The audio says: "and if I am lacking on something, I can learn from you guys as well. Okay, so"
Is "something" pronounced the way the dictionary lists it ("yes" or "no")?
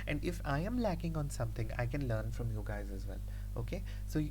no